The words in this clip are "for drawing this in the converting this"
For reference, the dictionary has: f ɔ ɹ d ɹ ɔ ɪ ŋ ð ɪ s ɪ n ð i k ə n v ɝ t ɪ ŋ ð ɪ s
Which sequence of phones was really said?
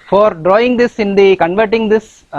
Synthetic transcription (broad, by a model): f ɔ ɹ d ɹ ɔ ɪ ŋ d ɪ s ɪ n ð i k ə n v ɝ t ɪ ŋ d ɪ s